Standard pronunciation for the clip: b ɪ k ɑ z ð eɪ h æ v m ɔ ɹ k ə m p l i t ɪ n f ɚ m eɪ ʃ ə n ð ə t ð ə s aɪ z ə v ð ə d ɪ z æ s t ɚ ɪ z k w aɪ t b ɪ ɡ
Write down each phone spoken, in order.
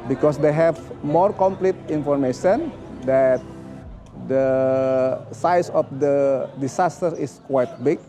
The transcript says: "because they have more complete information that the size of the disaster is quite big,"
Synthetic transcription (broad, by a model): b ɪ k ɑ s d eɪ h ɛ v m ɔ ɹ k ə m p l i t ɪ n f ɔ m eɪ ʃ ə n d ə t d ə s aɪ s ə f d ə d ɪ s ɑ s t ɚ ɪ s k w aɪ t b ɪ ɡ